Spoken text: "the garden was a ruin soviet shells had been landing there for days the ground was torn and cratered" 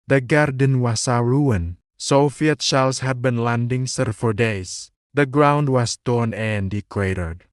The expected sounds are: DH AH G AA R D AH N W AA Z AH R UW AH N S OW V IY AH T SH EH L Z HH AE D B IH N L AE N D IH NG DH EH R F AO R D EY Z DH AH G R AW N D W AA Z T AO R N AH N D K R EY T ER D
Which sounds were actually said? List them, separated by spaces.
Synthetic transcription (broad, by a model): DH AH G AA R D AH N W AA S AH R UW AH N S OW F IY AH T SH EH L S HH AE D B IH N L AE N D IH NG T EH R F AO R D EY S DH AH G R AW N D W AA S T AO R N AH N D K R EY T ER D